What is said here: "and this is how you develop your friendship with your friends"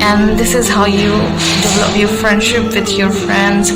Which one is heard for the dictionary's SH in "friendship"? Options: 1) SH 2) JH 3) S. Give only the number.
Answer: 1